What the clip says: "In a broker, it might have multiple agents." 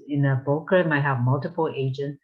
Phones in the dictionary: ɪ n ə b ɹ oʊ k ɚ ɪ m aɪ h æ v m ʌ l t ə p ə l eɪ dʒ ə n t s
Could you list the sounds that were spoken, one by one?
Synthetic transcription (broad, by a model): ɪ n ə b oʊ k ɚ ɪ m aɪ h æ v m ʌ l t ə p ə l eɪ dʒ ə n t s